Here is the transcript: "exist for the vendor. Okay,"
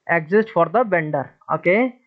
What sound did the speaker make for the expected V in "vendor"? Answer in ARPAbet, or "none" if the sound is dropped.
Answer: B